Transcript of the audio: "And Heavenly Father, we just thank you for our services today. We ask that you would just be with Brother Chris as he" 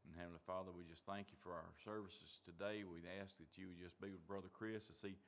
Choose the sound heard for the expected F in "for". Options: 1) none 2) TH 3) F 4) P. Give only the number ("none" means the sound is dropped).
3